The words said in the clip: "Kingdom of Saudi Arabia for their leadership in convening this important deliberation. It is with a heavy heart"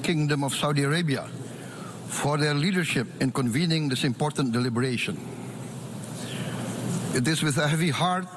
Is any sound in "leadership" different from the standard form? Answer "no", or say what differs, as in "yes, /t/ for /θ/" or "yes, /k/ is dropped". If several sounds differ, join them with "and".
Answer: no